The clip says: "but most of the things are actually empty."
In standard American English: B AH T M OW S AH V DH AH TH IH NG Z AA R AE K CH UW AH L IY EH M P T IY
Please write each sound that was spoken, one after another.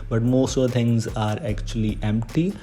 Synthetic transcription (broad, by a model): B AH T M OW S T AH T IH NG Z AA R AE K CH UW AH L IY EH M P T IY